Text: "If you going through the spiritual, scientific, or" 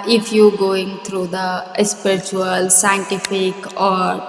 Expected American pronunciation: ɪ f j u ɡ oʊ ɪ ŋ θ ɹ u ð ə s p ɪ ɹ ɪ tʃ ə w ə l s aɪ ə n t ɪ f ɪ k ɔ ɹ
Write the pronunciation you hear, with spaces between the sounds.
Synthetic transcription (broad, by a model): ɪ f j u ɡ oʊ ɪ ŋ t ɹ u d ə s p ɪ ɹ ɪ tʃ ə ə l s aɪ ə n t ɪ f ɪ k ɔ ɹ